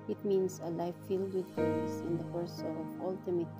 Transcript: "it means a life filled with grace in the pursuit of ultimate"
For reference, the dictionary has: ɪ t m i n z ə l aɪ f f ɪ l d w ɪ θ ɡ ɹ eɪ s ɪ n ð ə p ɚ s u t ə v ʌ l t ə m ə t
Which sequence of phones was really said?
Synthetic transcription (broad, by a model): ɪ t m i n s ə l aɪ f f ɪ l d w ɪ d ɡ eɪ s ɪ n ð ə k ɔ s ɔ ə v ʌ l t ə m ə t